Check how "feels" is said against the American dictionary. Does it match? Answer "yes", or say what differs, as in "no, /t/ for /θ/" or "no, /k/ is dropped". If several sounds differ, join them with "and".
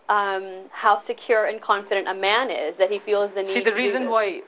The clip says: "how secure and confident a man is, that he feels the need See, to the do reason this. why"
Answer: yes